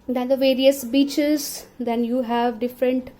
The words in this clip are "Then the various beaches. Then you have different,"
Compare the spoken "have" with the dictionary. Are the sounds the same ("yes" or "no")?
yes